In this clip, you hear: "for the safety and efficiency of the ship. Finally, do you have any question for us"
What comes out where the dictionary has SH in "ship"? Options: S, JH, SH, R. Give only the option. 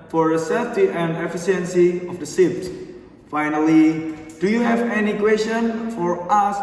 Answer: S